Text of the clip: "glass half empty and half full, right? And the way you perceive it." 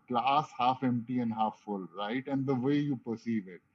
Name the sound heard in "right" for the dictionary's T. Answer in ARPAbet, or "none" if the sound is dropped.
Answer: T